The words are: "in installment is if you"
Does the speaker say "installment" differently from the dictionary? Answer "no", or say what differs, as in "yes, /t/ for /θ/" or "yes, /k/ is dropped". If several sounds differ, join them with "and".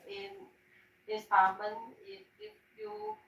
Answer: yes, /n/ is dropped and /l/ is dropped and /t/ is dropped